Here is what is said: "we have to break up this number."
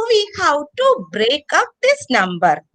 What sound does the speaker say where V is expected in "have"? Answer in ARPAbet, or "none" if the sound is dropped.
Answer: W